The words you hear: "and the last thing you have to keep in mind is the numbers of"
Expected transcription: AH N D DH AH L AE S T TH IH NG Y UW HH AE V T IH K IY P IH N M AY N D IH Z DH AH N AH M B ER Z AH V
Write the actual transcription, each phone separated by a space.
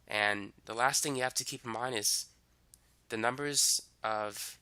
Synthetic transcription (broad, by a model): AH N DH AH L AE S T TH IH NG Y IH HH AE F T IH K IY P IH M AY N IH Z DH AH N AH M B ER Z AH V